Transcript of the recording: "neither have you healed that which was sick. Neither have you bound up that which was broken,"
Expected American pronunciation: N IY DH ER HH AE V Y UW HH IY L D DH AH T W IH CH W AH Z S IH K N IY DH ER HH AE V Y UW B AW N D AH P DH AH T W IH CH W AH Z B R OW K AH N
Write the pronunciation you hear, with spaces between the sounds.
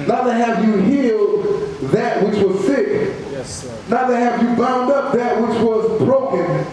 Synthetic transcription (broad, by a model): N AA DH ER HH AE V Y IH HH IY L D DH AH T W IH CH W AH Z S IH K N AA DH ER HH AE V Y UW B AW N D AH P DH AH T W IH CH W AH Z B R OW K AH N